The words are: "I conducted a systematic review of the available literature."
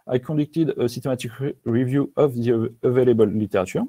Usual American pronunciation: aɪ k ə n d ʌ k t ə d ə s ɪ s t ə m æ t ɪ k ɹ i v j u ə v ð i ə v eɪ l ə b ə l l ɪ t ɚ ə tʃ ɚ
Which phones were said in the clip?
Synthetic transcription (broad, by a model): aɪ k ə d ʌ k t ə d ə s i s t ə m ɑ t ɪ k ɹ i v j u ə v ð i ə v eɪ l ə b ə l l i t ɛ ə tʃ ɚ